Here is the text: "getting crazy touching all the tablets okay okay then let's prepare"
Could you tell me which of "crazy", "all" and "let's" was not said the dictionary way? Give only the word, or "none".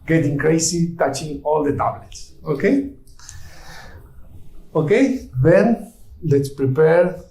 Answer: crazy